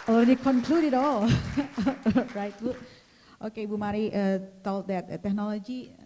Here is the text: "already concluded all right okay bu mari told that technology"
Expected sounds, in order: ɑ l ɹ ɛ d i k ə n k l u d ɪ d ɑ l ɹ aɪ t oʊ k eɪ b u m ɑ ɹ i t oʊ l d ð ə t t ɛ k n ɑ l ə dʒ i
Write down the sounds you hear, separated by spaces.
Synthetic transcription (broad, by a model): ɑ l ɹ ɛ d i k ə n k l u d ɪ d ɑ l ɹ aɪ t oʊ k eɪ b u m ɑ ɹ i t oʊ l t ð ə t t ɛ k n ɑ l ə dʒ i